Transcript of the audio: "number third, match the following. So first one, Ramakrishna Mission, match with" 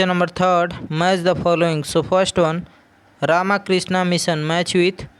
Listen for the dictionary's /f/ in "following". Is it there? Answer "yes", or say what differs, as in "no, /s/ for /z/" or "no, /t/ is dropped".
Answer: no, /p/ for /f/